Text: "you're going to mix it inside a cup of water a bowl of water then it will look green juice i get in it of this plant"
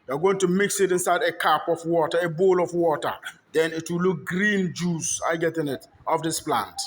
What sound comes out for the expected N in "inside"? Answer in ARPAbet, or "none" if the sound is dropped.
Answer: N